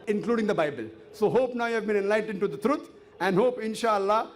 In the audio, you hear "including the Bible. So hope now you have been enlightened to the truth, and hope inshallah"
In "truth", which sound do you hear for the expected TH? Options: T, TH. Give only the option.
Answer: T